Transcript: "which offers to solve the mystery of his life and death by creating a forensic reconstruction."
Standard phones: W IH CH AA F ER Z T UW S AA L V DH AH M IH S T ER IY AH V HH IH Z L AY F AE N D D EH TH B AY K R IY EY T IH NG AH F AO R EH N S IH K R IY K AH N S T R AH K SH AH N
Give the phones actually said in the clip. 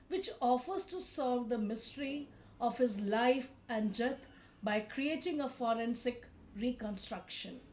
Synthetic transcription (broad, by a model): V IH CH AA F ER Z T UW S AA L V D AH M IH S T ER IY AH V HH IH Z L AY F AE N D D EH T B AY K R IY EY T IH NG AH F AO R EH N S IH K R IY K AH N S T R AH K SH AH N